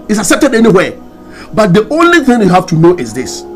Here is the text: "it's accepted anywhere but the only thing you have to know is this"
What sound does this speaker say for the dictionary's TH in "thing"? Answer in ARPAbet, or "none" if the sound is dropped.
TH